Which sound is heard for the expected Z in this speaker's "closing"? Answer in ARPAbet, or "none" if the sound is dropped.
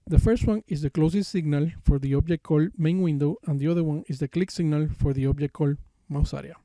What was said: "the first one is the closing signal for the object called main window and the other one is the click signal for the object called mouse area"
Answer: S